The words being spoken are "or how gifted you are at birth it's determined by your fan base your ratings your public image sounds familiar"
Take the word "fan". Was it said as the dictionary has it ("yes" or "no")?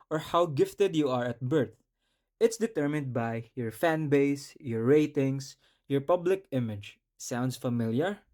yes